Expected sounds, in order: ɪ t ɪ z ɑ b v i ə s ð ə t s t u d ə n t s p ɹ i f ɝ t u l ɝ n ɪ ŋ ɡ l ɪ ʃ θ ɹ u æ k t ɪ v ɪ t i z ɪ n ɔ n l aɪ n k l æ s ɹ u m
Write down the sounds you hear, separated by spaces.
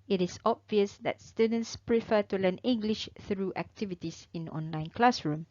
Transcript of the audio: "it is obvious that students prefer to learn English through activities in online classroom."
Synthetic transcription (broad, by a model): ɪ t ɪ s ɑ b v i ə s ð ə t s t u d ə n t s p ɹ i f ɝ t u l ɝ n ɪ ŋ ɡ l ɪ ʃ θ ɹ u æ k t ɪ v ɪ t i s ɪ n ɔ n l aɪ n k l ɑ s ɹ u m